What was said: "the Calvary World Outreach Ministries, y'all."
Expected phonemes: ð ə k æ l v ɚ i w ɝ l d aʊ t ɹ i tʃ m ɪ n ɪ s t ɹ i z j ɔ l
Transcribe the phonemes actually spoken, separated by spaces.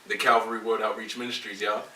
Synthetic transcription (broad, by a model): ð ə k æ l v ɚ i w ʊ d aʊ t ɹ i tʃ m ɪ n ɪ s t ɹ i z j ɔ